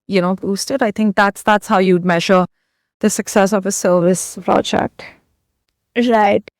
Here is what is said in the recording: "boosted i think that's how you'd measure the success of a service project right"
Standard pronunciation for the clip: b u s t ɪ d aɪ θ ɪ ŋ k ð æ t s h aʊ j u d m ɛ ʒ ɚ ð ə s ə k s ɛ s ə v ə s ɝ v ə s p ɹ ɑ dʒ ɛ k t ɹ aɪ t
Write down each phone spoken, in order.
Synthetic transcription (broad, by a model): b u s t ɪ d aɪ θ ɪ ŋ k ð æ t s h aʊ j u d m ɛ ʒ ɚ ð ə s ə k s ɛ s ə v ə s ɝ v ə s p ɹ ɑ dʒ ɛ k t ɹ aɪ t